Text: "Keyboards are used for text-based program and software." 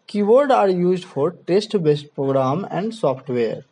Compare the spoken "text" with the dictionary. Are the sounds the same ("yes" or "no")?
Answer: no